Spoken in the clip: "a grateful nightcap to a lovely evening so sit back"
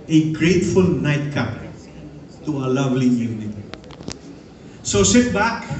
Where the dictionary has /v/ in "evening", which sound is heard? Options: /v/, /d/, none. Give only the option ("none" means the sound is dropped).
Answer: none